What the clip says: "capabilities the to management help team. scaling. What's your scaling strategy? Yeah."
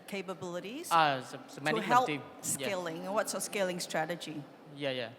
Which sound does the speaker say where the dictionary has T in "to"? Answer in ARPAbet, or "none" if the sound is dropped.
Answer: S